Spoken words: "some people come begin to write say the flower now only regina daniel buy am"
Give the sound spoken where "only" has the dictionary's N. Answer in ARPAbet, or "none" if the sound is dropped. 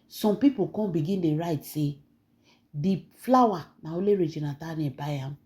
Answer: none